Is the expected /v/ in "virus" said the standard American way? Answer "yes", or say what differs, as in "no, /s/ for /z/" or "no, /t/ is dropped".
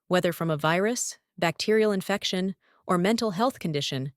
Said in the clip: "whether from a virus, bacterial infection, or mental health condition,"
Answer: yes